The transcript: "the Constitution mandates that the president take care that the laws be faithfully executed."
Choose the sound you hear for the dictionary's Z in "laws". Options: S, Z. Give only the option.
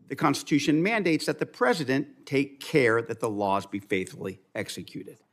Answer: Z